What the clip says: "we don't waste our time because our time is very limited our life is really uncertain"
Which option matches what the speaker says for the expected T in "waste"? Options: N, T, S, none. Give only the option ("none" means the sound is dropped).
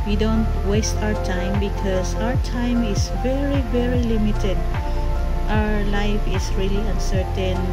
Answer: T